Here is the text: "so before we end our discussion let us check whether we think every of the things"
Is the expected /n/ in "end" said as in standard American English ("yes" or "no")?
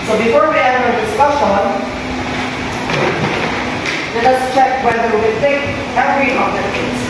no